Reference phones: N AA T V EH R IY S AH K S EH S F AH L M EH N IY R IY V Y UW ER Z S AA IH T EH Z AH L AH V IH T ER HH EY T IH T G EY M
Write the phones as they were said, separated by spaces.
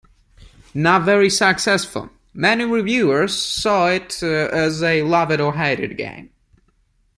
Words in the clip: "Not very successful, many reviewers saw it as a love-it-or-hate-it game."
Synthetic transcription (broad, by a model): N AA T V EH R IY S AH K S EH S F AH L M EH N IY R IY V Y UW ER Z S AA IH T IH Z AH L AH V IH T ER HH EY T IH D G EY M